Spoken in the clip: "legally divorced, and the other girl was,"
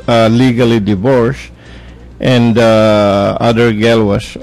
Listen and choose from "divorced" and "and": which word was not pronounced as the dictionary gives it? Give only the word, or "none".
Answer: none